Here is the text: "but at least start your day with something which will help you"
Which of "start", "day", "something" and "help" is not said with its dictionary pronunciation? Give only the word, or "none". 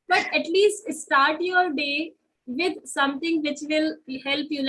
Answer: something